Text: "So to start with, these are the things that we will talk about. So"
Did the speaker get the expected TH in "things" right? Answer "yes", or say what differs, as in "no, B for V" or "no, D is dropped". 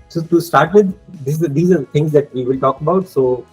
no, T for TH